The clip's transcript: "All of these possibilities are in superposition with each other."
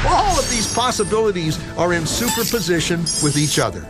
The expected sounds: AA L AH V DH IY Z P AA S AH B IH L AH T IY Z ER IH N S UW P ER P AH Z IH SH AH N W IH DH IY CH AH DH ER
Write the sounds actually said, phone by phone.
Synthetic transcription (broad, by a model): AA L AH V DH IY Z P AA S AH B IH L AH T IY Z ER IH N S UW P ER P AH Z IH SH AH N W IH DH IY CH AH DH ER